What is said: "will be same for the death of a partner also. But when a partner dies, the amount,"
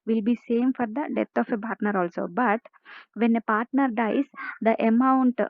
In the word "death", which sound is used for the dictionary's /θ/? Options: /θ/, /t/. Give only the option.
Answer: /t/